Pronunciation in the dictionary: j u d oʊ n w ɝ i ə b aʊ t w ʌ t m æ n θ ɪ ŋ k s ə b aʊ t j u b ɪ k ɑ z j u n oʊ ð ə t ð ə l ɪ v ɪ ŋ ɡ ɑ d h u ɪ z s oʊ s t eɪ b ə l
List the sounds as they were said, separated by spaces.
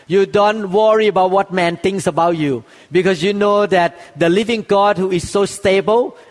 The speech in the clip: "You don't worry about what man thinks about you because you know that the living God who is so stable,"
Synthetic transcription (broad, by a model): j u d oʊ n w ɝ i ə b aʊ t w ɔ t m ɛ n t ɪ ŋ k s ə b aʊ t j u b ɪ k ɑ s j u n oʊ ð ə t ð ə l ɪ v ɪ ŋ ɡ ɑ d h u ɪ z s oʊ s t eɪ b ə l